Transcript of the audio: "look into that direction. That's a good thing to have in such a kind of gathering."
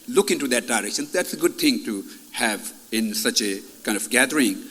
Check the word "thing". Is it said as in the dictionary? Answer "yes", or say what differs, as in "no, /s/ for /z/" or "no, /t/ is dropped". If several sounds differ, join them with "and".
no, /t/ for /θ/